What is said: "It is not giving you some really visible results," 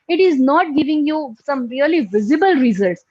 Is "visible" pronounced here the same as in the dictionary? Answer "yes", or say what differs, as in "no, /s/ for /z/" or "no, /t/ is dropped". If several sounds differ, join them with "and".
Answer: yes